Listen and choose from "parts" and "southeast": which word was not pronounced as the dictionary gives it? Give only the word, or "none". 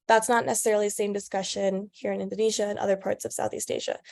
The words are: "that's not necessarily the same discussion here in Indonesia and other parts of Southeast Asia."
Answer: none